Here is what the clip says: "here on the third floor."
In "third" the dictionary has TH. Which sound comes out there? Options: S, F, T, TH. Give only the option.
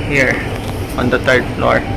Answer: T